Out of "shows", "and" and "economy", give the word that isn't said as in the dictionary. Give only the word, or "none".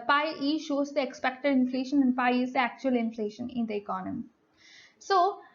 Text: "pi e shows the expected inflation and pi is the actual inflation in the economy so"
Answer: none